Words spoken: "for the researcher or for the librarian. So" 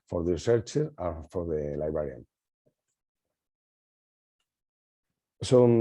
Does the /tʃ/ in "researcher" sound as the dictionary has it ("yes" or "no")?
yes